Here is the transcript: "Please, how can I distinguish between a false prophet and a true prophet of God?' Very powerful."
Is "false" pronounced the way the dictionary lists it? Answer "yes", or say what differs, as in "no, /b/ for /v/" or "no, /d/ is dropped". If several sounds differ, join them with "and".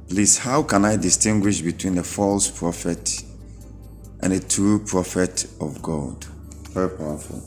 yes